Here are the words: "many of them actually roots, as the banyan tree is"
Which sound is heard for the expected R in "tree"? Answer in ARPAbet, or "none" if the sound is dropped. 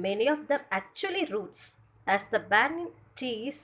none